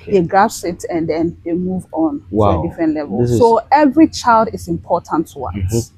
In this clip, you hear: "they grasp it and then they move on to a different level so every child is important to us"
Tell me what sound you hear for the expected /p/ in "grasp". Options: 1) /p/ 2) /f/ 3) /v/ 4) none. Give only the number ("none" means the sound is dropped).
4